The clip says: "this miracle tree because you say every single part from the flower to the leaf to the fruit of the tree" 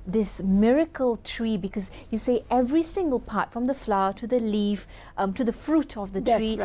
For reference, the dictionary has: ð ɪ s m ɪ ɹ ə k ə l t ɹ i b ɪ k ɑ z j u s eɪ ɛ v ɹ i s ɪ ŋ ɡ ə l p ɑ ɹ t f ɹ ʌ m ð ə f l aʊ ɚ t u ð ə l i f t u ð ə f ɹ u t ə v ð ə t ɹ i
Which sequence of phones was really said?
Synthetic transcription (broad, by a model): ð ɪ s m ɪ ɹ ə k ə l t ɹ i b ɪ k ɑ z j u s eɪ ɛ v ɹ i s ɪ ŋ ɡ ə l p ɑ t f ɹ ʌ m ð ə f l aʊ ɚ t u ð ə l i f t u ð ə f ɹ u t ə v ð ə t ɹ i